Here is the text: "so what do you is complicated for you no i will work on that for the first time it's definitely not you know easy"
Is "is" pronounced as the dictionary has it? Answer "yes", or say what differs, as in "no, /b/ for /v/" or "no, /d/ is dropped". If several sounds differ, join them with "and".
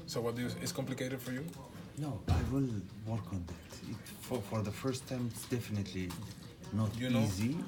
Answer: no, /s/ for /z/